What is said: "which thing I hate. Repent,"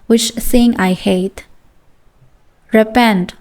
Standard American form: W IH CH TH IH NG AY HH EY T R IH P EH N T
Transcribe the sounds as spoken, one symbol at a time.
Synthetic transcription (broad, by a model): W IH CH S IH NG AY HH EY T R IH P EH N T